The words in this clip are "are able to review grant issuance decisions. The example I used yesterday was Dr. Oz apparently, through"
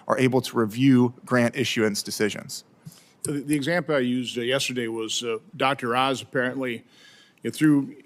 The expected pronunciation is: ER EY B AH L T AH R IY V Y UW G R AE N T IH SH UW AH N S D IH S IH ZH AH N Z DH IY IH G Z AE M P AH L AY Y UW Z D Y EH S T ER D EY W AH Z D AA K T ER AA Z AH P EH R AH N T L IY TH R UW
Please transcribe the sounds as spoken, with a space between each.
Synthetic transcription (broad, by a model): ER EY B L T AH R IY V Y UW G R AE N T IH SH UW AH N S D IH S IH ZH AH N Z DH IY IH G Z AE M P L AY Y UW Z D Y EH S T ER D EY W AH Z D AA K T ER AA Z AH P EH R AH N T L IY TH R UW